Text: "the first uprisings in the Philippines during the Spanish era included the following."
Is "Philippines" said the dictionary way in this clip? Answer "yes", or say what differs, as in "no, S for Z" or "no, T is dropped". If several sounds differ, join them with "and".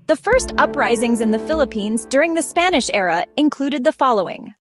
yes